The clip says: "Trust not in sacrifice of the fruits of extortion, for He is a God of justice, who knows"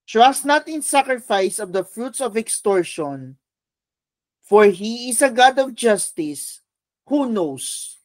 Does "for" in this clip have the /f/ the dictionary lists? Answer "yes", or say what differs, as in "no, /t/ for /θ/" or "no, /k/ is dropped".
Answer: yes